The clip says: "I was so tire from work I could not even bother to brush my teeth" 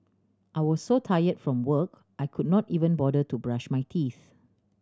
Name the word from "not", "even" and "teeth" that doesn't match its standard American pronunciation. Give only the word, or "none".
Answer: none